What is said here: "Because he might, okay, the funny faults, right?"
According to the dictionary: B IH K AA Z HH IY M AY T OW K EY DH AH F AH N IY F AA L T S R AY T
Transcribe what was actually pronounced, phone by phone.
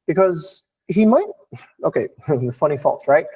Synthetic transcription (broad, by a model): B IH K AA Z HH IY M AY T OW K EY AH F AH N IY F AA T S R AY T